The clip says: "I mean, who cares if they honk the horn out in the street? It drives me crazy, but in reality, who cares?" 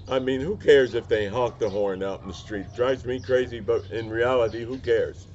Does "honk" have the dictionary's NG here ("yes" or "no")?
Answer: no